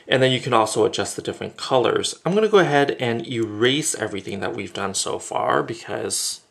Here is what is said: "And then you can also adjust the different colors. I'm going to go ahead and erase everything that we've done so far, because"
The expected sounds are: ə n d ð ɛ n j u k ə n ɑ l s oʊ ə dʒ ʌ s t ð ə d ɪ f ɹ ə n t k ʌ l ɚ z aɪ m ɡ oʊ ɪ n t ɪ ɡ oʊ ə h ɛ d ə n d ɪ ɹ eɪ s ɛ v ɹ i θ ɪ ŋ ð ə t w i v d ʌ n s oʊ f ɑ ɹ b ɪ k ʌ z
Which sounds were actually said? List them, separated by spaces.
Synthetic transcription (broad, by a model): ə n ð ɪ n j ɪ k ə n ɑ l s oʊ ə dʒ ʌ s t ð ə d ɪ f ɹ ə n k ʌ l ɚ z aɪ m ɡ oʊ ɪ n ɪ ɡ oʊ ə h ɛ d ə n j ɪ ɹ eɪ s ɛ v ɹ i θ ɪ ŋ ð ə t w i v d ʌ n s oʊ f ɑ ɹ b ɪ k ʌ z